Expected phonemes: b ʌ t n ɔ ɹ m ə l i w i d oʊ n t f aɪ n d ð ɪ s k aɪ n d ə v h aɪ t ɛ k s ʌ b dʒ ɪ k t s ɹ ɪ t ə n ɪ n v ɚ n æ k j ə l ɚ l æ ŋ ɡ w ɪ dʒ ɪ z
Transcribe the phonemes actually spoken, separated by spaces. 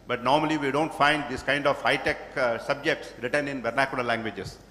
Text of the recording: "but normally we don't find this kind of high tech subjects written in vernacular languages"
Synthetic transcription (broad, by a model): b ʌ t n ɔ ɹ m ə l i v i d oʊ n t f aɪ n d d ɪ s k aɪ n d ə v h aɪ t ɛ k s ʌ b dʒ ɪ k t s ɹ ɪ t ə n ɪ n b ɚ n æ k j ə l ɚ l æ ŋ ɡ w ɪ dʒ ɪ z